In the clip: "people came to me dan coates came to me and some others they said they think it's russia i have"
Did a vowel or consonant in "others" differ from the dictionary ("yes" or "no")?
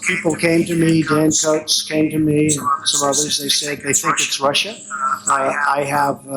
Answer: no